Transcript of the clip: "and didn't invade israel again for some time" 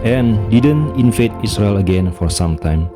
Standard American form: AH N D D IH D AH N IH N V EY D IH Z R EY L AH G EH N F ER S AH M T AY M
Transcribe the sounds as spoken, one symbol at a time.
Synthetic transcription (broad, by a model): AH N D D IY D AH N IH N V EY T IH S R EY L AH G EH N F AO S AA M T AY M